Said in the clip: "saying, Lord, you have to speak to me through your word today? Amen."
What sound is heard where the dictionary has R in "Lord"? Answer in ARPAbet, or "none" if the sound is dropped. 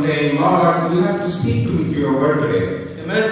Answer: L